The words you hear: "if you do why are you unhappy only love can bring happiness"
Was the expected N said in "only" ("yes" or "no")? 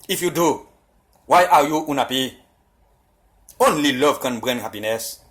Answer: yes